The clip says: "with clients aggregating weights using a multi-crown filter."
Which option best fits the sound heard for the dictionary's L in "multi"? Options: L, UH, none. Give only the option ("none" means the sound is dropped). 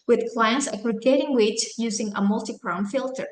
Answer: L